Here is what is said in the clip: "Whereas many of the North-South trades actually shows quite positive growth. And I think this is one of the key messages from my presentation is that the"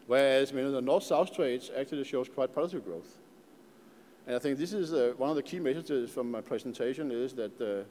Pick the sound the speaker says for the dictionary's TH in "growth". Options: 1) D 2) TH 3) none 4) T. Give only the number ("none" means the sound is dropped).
2